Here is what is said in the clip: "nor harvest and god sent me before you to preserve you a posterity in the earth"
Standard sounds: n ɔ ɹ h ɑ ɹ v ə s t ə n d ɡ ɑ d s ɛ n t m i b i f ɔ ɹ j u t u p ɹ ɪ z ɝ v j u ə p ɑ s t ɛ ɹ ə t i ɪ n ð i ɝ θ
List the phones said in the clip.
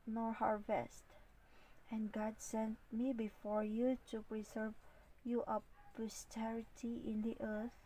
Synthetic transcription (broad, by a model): n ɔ ɹ h ɑ ɹ v ə s t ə n ɡ ɑ d s ɛ n t m i b i f ɔ ɹ j u t u p ɹ ɪ z ɝ v j u ə p ɑ s t ɛ ɹ ə t i ɪ n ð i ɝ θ